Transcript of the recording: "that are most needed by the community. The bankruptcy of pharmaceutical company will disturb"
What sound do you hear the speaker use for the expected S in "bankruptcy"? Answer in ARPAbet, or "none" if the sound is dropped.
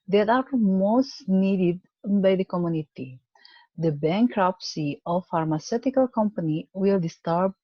S